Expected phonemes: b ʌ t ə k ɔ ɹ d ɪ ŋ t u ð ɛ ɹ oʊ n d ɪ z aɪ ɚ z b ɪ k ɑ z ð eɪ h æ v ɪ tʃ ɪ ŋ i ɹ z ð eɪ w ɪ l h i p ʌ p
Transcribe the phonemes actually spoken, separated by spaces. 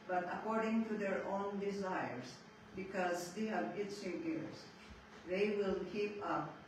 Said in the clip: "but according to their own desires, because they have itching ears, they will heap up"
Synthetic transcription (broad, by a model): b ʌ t ə k ɔ ɹ d ɪ ŋ t u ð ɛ ɹ oʊ n d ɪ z aɪ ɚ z b ɪ k ɑ z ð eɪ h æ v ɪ s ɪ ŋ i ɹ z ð eɪ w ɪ l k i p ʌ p